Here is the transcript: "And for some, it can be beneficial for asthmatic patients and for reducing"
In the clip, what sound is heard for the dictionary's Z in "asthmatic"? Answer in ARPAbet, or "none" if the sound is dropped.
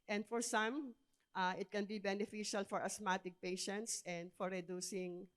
S